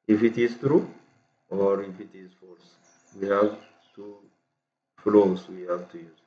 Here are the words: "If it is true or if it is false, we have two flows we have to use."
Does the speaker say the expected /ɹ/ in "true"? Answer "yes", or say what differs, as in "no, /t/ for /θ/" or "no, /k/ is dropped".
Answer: yes